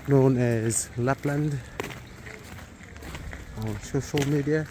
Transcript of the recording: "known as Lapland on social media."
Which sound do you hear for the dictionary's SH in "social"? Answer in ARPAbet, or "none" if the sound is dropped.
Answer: SH